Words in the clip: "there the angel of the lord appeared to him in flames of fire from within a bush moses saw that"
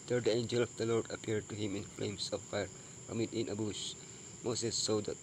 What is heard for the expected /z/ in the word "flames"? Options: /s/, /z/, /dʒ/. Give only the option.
/s/